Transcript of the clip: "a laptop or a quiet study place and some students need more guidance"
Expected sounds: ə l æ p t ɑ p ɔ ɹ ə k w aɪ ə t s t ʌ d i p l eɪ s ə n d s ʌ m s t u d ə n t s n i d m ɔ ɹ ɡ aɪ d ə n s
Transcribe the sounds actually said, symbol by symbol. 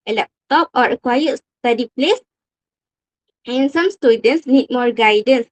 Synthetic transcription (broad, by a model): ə l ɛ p t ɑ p ɔ ɹ ə k w aɪ ə t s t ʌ d i p l eɪ s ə n s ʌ m s t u d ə n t s n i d m ɔ ɹ ɡ aɪ d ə n s